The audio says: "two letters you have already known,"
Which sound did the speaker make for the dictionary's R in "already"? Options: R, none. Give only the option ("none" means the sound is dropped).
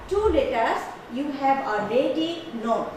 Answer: none